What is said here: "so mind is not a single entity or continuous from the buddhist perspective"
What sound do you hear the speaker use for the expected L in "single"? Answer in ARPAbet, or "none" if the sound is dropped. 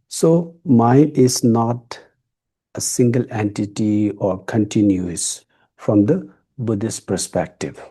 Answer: L